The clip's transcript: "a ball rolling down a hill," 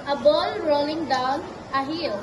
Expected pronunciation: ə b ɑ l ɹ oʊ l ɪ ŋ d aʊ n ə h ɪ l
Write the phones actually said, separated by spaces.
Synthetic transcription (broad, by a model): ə b ɑ l ɹ oʊ l ɪ ŋ d aʊ n ə h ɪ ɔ